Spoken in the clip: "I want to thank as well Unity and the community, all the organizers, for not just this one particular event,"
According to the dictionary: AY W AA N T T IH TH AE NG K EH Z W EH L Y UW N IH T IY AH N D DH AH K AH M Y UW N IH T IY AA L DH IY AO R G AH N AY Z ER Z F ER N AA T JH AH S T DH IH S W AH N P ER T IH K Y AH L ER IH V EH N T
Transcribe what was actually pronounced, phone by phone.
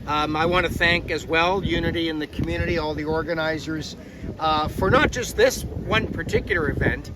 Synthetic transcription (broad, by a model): AY W AA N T T IH TH AE NG K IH Z W EH L Y UW N IH T IY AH N DH AH K M Y UW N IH T IY AA L DH IY AO R G AH N AY Z ER Z F ER N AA T JH AH S T DH IH S W AH N P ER T IH K Y L ER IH V EH N T